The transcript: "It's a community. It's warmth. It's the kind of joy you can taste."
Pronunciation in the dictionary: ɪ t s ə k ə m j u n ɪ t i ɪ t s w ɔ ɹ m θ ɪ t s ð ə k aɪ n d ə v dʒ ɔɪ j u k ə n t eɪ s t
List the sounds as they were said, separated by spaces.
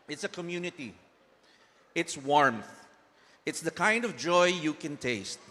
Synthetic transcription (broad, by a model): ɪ t s ə k ə m j u n ɪ t i ɪ t s w ɔ ɹ m θ ɪ t s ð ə k aɪ n d ə v dʒ ɔɪ j u k ə n t eɪ s t